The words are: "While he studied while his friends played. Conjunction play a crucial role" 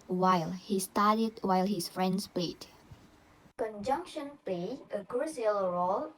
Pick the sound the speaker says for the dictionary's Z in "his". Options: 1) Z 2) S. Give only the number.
2